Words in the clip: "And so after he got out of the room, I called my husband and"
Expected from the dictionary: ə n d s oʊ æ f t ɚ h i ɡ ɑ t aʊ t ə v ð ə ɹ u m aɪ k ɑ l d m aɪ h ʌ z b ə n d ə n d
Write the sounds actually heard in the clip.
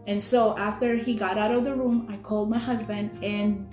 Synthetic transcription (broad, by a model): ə n s oʊ æ f t ɚ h i ɡ ɑ t aʊ t ə v ð ə ɹ u m aɪ k ɑ l d m aɪ h ʌ z b ə n d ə n